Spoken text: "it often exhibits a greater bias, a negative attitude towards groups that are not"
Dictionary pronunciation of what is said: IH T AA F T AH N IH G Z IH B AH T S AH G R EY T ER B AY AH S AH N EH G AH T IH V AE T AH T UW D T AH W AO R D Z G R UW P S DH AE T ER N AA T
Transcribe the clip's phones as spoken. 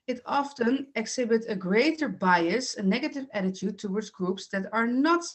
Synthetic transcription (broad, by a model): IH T AA F T AH N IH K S IH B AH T AH G R EY T ER B AY AH S AH N EH G AH T IH V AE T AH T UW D T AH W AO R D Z G R UW P S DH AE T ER N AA T